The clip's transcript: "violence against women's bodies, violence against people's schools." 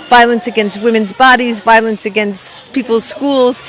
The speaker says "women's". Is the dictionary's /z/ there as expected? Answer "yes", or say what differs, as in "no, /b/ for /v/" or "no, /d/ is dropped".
yes